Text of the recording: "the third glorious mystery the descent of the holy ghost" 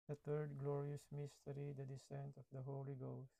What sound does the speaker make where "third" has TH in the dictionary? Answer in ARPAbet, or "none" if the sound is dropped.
T